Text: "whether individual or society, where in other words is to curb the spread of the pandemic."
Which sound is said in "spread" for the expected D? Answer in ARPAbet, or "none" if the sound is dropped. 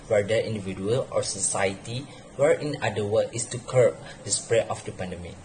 none